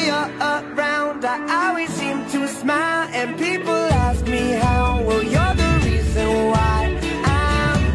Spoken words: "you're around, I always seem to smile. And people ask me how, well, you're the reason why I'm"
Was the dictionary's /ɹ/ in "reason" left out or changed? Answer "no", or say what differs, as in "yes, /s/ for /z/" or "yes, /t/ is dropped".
no